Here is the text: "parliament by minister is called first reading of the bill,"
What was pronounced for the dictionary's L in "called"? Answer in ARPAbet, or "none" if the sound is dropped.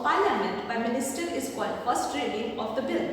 none